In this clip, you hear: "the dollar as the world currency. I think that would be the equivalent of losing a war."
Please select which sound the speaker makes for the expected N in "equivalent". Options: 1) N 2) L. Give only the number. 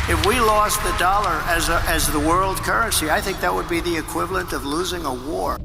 1